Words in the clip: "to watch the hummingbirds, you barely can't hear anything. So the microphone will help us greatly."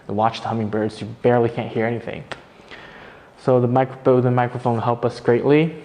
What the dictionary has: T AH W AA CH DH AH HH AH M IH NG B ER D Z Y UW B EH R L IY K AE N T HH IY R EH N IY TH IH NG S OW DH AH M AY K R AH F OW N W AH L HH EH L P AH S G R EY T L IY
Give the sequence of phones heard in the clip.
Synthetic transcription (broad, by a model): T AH W AA CH DH AH HH AH M IH NG B ER D Z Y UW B EH R L IY K AE N T HH IY R EH N IY TH IH NG S OW DH AH M AY K R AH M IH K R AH N HH EH L P AH S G R EY T L IY